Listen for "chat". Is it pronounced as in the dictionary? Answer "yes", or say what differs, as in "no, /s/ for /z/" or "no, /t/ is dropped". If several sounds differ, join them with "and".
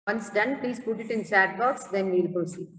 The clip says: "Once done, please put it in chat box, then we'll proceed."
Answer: no, /s/ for /tʃ/